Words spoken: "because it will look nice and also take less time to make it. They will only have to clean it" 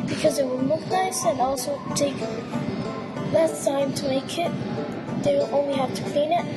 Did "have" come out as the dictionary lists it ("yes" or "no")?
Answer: no